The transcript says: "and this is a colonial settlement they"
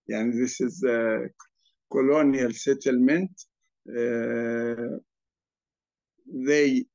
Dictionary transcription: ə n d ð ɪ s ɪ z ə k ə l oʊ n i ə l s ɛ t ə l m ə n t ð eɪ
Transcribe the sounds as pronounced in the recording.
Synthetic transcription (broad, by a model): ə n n ð ɪ s ɪ z k ə l oʊ n i ə l s ɛ t ə l m ə n t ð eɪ